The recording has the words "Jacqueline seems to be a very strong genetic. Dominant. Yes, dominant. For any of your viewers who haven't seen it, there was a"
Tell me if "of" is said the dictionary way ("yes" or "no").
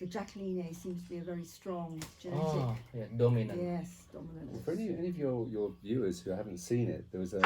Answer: yes